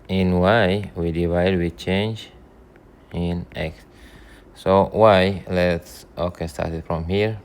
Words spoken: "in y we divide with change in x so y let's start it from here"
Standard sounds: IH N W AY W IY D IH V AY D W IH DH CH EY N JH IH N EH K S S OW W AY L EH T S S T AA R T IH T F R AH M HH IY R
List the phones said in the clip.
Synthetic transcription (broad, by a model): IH N W AY W IY D IH V AY D W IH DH CH EY N JH IH N EH K S S OW W AY L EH T S S T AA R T IH T F R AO M HH IY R